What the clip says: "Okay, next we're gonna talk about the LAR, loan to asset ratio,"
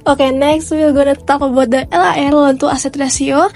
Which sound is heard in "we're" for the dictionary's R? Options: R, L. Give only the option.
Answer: L